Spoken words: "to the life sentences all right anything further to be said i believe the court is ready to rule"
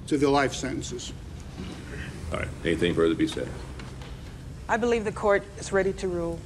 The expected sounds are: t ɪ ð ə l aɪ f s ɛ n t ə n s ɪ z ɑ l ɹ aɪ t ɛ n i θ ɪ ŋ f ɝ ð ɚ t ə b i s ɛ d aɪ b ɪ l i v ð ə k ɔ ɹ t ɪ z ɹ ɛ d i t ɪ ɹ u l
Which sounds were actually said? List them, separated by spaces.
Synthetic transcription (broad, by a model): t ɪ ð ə l aɪ f s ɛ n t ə n s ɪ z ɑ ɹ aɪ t ɛ n i θ ɪ ŋ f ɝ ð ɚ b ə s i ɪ aɪ b ɪ l i v ð ə k ɔ ɹ t ɪ z ɹ ɛ d i t ɪ ɹ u l